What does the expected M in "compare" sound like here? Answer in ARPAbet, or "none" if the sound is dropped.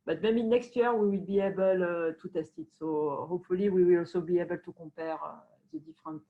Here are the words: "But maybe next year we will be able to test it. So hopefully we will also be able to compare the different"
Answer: none